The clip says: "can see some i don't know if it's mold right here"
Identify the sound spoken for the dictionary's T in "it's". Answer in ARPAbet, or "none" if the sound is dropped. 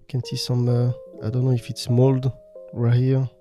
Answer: T